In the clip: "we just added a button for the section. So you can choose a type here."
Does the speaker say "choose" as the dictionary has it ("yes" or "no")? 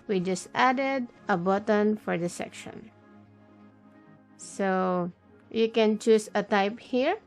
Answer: no